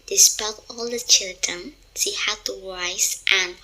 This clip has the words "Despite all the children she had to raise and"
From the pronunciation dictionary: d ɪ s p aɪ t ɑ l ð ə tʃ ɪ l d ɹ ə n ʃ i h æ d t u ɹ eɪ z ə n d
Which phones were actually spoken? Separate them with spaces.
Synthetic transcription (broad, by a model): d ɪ s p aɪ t ɑ l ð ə tʃ ɪ l d ɹ ə n s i h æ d t u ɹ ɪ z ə n